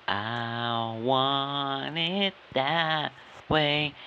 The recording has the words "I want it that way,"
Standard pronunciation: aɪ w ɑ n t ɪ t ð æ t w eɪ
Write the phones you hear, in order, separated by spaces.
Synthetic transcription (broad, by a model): aɪ w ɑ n ɪ t ð æ t w eɪ